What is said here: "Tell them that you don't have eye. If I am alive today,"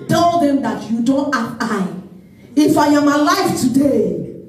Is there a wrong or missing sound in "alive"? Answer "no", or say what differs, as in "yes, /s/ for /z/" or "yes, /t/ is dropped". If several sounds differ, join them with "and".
yes, /f/ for /v/